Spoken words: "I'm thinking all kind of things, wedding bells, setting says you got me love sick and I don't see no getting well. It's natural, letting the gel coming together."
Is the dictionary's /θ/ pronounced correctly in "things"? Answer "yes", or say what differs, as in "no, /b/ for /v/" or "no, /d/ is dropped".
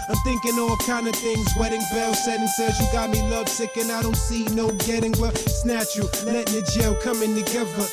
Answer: yes